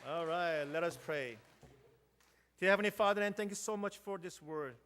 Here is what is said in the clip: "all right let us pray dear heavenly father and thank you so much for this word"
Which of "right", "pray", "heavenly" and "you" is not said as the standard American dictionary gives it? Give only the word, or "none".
heavenly